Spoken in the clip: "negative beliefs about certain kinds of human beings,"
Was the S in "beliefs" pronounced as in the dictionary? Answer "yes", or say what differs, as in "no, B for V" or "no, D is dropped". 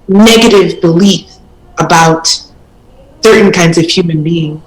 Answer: no, S is dropped